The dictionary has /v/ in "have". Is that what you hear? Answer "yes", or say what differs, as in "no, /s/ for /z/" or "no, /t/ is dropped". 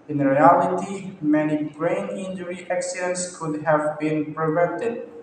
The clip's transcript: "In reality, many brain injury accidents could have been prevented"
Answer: yes